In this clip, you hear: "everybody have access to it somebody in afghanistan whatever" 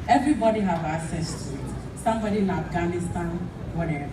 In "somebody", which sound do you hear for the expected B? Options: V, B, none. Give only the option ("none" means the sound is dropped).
B